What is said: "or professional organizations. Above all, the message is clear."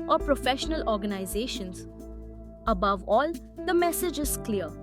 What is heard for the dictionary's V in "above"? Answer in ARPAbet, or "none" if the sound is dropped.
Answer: V